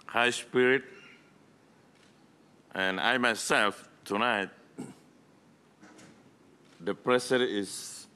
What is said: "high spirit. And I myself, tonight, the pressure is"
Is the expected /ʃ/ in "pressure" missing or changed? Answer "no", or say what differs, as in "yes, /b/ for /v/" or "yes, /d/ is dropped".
yes, /s/ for /ʃ/